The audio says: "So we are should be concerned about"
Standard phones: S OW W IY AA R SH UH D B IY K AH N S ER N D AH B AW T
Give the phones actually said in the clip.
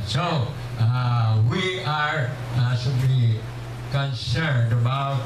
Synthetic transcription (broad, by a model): S OW W IY AA R S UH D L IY K AH N S ER N D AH B AW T